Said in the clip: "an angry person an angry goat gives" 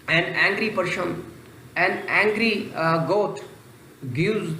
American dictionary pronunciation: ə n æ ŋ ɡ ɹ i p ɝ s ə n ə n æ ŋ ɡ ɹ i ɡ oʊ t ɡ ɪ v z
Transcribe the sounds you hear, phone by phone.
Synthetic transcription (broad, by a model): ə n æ ŋ ɡ ɹ i p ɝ ʃ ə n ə n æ ŋ ɡ ɹ i ɡ oʊ t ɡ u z